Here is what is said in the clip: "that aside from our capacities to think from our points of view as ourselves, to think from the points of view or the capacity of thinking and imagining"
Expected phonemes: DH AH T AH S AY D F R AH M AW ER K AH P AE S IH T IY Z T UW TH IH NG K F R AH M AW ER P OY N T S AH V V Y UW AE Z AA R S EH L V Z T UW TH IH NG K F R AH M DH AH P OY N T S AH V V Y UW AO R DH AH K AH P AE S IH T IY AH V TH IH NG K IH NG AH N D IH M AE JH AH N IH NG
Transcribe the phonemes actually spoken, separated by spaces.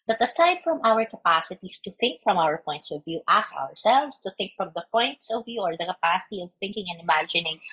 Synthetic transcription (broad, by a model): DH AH T AH S AY D F R AH M AW ER K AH P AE S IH T IY S T UW TH IH NG K F R AH M AW ER P OY N T S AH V V Y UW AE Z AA R S EH L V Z T UW TH IH NG K F R AH M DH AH P OY N T S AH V V Y UW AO R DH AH K AH P AE S IH T IY AH V TH IH NG K IH NG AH N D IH M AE JH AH N IH NG